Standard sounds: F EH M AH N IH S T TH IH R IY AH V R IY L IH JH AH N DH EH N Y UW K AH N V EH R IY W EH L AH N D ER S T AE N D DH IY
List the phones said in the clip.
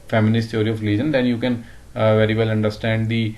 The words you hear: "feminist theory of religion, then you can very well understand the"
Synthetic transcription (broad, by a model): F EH M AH N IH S T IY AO R IY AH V L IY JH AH N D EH N Y UW K AH N V EH R IY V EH L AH N D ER S T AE N D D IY